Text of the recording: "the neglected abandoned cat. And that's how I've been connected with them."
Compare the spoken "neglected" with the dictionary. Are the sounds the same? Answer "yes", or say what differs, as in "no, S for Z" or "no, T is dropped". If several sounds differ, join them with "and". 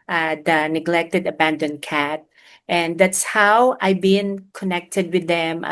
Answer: yes